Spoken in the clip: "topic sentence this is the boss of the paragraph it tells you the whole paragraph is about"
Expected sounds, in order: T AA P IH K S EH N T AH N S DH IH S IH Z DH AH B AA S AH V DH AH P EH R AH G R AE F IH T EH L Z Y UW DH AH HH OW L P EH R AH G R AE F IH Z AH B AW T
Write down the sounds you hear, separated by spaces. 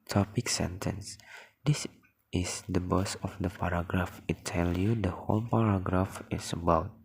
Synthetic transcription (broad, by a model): T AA P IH K S EH N T AH N S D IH S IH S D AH B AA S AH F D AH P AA R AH G R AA F IH T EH L Y UW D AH HH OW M P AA R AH G R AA F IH S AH B AW T